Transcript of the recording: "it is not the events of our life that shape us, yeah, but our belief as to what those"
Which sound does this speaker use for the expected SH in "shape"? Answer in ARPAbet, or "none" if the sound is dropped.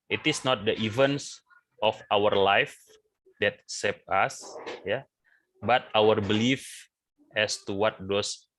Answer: S